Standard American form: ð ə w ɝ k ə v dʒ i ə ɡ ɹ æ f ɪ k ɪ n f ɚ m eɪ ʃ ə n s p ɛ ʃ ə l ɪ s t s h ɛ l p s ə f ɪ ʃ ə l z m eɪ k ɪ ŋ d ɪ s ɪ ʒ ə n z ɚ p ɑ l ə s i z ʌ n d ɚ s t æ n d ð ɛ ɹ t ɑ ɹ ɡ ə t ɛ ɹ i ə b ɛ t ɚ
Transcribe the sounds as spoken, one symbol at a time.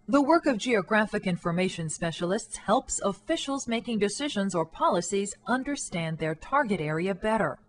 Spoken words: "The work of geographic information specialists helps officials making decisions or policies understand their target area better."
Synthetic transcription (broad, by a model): ð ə w ɝ k ə v dʒ i ə ɡ ɹ æ f ɪ k ɪ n f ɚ m eɪ ʃ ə n s p ɛ ʃ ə l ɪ s t s h ɛ l p s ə f ɪ ʃ l z m eɪ k ɪ ŋ d ɪ s ɪ ʒ ə n z ɚ p ɑ l ə s i z ʌ n d ɚ s t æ n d ð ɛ ɹ t ɑ ɹ ɡ ə t ɛ ɹ i ə b ɛ t ɚ